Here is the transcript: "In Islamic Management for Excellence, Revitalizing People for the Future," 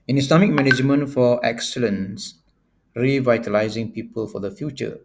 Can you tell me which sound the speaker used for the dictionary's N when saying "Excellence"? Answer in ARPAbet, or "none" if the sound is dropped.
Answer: N